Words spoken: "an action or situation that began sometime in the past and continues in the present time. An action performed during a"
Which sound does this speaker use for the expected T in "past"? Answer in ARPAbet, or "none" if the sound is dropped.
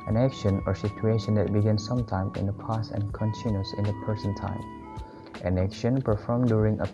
none